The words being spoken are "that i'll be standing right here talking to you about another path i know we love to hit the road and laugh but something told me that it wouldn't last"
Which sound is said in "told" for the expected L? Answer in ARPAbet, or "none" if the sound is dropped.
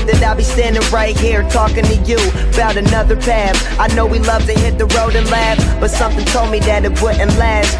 L